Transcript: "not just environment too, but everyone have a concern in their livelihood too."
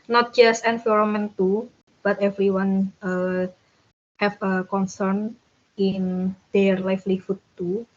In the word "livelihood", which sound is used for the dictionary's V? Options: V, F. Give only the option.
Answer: F